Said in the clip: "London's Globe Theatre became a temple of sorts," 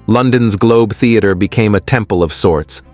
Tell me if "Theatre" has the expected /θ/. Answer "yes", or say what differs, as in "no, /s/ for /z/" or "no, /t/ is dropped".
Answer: yes